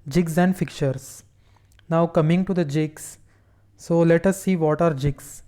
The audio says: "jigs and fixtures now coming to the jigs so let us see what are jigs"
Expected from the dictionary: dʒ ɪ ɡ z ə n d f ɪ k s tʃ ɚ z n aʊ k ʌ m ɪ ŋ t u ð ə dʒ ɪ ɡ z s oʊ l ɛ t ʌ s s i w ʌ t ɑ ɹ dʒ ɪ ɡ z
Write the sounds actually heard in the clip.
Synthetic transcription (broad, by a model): dʒ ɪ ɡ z ə n d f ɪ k tʃ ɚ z n aʊ k ʌ m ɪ ŋ t u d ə dʒ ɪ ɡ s s oʊ l ɛ t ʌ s s i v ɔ t ɑ ɹ dʒ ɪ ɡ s